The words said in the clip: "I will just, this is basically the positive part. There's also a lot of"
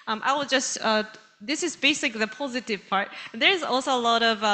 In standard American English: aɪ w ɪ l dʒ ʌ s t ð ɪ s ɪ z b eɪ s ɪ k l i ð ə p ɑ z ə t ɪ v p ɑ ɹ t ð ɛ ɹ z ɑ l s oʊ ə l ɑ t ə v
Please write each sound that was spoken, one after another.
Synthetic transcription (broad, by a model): aɪ w ɪ l dʒ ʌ s t ð ɪ s ɪ z b eɪ s ɪ k l i ð ə p ɑ z ə t ɪ v p ɑ ɹ t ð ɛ ɹ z ɑ l s oʊ ə l ɑ t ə v